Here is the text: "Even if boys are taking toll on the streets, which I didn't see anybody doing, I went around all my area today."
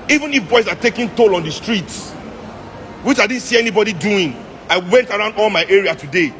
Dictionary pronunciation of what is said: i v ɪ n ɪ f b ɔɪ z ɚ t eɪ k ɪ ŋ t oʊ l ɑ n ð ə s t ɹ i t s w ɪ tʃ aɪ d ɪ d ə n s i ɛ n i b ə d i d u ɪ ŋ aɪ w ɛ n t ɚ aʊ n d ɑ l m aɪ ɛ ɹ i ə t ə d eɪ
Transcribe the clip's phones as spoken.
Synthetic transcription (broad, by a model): i v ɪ n ɪ f b ɔɪ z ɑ t eɪ k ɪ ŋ t oʊ l ɑ n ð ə s t ɹ i t s w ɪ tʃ aɪ d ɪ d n s i ɛ n i b ə d i d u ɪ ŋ aɪ w ɛ n t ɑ aʊ n d ɑ l m aɪ ɛ ɹ i ə t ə d eɪ